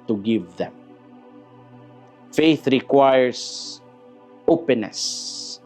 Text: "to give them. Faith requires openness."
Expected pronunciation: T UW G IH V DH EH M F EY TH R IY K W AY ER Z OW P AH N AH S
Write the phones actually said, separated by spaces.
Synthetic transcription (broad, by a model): T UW G IH V DH EH M F EY TH R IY K W AY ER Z OW P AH N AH S